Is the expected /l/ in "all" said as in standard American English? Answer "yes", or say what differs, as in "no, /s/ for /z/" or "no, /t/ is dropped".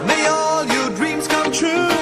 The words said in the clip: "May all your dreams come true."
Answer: yes